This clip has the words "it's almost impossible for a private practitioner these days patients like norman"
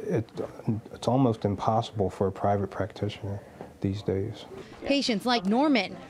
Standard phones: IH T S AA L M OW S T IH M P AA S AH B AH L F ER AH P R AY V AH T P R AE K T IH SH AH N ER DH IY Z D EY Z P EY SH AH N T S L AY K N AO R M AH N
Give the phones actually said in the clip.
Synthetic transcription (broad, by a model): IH T S AA L M OW S T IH M P AA S AH B L F ER AH P R AY V AH T P R AE K T IH SH AH N ER DH IY Z D EY Z P EY SH AH N T S L AY K N AO R M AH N